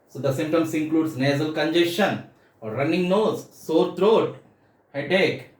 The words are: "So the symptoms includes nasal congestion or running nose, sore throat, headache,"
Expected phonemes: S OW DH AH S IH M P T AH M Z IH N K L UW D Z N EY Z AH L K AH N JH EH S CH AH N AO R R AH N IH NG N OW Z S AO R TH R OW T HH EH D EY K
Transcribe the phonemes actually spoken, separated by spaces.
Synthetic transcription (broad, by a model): S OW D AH S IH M T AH M S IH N K L UW D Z N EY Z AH L K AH N JH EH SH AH N AO R R AH N IH NG N OW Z S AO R T R OW T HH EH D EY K